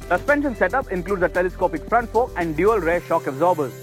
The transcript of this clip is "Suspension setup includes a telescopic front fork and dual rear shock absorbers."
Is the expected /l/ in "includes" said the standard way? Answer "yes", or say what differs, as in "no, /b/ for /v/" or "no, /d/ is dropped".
yes